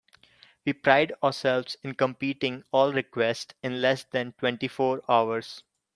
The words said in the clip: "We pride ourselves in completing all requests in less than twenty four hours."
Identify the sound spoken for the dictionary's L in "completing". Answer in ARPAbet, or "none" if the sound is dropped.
none